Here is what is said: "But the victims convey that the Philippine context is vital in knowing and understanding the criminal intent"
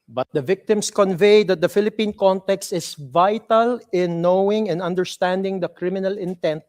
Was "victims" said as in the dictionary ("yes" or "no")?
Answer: no